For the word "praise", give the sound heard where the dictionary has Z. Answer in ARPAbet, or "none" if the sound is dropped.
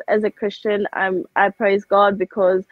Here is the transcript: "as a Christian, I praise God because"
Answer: Z